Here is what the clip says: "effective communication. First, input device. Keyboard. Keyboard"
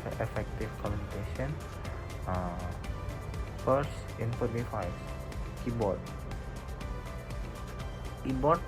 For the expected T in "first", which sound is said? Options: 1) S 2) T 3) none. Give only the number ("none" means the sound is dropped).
3